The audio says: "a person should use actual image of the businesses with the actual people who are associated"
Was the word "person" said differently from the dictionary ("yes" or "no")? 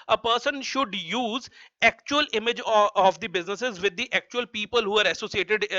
no